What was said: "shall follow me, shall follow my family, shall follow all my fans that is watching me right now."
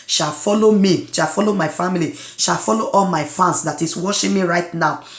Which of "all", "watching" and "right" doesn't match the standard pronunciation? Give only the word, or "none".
watching